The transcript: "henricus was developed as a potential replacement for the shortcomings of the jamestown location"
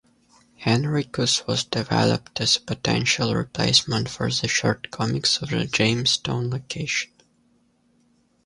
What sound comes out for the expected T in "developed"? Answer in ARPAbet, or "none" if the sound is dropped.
T